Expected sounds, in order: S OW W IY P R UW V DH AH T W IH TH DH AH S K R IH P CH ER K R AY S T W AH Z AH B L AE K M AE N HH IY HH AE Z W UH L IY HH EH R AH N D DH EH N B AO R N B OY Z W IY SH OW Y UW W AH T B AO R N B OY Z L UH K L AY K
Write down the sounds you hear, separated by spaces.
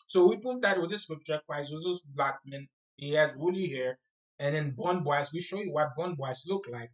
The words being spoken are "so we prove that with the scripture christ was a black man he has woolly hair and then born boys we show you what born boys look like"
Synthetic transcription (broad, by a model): S OW W IY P UW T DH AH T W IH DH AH S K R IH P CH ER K W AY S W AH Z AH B L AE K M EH N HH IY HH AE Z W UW L IY HH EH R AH N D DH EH N B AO N B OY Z W IY SH OW Y UW W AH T B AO N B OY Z L UH K L AY K